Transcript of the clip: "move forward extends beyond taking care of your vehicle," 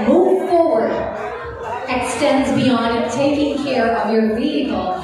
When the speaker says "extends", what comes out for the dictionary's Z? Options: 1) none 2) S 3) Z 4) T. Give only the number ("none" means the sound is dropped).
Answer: 3